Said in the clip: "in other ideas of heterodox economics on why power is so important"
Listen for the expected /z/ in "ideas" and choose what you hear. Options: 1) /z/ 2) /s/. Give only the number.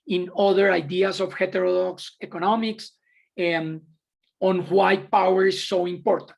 2